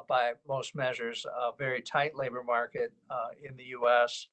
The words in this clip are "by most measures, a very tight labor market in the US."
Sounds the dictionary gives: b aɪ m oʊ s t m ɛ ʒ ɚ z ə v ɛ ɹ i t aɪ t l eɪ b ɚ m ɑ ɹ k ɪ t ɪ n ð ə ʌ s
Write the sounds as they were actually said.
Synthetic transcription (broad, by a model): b aɪ m oʊ s t m ɛ ʒ ɚ z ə v ɛ ɹ i t aɪ t l eɪ b ɚ m ɑ ɹ k ɪ t ɪ n ð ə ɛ s